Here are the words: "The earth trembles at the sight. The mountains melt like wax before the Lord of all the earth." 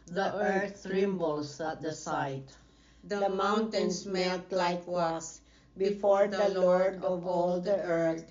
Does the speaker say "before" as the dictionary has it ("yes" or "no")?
yes